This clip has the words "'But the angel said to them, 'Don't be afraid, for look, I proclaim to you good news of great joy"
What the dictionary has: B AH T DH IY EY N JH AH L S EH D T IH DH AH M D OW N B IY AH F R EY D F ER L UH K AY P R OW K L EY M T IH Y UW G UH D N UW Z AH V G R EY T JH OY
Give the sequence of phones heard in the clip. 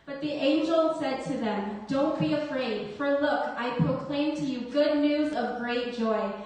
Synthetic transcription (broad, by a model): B AH T DH IY EY N JH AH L S EH D T IH DH AH M D OW N B IY AH F R EY D F ER L UH K AY P R OW K L EY M T IH Y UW G UH D N UW Z AH V G R EY T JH OY